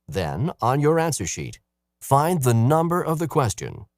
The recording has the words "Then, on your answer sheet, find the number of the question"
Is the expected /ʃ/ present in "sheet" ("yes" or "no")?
yes